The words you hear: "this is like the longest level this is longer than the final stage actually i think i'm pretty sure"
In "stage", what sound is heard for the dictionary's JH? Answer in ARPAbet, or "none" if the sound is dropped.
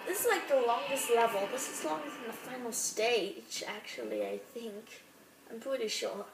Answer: CH